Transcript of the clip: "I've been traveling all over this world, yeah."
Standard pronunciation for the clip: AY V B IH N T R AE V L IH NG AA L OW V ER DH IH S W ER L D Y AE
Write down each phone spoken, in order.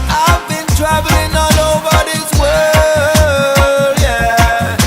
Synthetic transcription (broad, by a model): AY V B IH N T R AE V L IH NG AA N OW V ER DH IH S W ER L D Y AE